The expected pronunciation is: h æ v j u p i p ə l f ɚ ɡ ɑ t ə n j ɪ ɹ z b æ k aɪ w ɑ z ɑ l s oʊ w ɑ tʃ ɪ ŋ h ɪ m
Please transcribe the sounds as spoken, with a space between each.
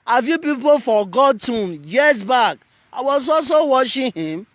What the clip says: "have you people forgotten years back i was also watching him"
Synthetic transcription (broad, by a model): h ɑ v j u p i p ə l f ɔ ɡ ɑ t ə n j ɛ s b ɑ k aɪ w ɑ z ɑ l s oʊ w ɑ ʃ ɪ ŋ h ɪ m